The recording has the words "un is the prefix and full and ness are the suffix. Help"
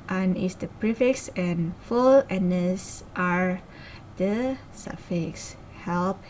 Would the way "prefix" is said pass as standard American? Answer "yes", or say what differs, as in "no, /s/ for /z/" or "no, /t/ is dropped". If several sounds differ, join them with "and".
yes